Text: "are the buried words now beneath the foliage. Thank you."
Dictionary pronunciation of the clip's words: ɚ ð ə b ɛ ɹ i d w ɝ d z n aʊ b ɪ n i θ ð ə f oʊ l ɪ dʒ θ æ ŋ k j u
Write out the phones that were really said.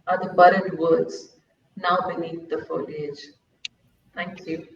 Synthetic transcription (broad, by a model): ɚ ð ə b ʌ ɹ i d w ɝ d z n aʊ b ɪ n i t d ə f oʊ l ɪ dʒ t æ ŋ k j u